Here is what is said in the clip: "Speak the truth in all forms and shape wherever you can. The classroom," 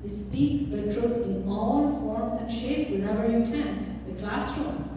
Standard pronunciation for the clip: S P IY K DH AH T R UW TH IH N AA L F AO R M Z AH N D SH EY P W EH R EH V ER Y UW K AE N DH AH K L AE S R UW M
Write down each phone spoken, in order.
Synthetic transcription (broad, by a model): S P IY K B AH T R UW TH IH N AA L F AO R M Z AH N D SH EY P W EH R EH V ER Y UW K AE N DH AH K L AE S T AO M